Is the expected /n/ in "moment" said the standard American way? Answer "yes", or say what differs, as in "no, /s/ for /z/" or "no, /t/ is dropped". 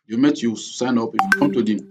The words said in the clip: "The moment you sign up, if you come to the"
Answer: no, /n/ is dropped